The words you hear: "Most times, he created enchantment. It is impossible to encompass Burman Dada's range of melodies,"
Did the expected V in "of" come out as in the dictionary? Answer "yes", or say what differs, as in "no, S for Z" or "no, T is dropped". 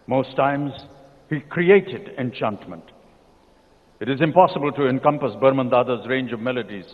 yes